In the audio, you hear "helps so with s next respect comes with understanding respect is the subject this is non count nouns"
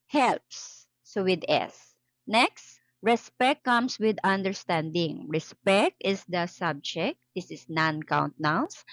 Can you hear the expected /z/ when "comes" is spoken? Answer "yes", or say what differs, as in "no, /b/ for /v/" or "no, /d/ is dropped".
no, /s/ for /z/